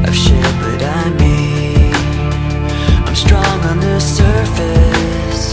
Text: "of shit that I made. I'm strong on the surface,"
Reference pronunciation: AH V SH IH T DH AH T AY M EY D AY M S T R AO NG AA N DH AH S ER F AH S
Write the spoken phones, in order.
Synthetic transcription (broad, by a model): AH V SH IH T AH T AY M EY AY M S T R AO NG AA N DH AH S ER F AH S